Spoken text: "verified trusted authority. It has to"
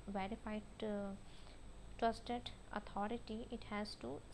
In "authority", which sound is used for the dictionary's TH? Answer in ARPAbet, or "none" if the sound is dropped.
T